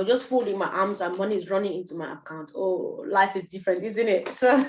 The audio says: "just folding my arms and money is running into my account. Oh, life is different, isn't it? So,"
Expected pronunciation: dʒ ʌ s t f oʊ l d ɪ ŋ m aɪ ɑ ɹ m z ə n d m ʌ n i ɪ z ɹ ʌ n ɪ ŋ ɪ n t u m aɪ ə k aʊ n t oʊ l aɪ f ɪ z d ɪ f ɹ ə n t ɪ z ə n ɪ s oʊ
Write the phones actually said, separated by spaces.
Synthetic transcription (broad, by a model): dʒ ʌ s t f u l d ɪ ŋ m aɪ ɑ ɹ m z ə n m ʌ n i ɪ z ɹ ʌ n ɪ ŋ ɪ n t u m aɪ ə k aʊ n t oʊ l aɪ f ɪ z d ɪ f ɹ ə n t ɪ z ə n ɪ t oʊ